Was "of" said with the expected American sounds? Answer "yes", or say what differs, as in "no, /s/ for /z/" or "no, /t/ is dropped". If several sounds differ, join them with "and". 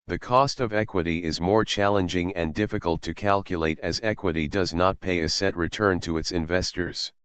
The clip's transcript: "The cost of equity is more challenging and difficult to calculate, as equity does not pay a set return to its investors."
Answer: yes